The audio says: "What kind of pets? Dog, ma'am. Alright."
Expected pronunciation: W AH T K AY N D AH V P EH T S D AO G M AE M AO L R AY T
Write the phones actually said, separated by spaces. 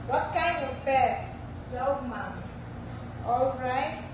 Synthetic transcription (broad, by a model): W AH T K AY N D AH V B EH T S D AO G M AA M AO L R AY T